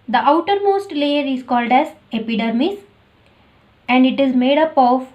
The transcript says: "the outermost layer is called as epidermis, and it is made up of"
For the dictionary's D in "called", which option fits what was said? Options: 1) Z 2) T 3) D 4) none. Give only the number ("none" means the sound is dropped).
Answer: 3